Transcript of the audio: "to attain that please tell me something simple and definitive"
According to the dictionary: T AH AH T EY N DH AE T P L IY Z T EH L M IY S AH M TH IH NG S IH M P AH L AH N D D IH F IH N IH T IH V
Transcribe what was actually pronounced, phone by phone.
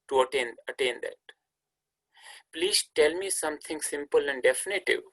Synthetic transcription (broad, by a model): T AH AH T EY N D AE T P L IY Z T EH L M IY S AH M T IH NG S IH M P AH L AH N D D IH F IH N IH T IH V